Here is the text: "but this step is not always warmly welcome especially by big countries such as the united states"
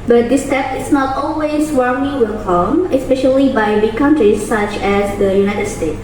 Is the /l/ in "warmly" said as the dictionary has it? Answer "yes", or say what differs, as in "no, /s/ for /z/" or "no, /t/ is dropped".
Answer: no, /l/ is dropped